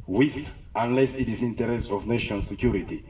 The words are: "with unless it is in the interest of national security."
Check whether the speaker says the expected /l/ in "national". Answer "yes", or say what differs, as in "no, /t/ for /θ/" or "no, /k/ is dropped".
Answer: no, /n/ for /l/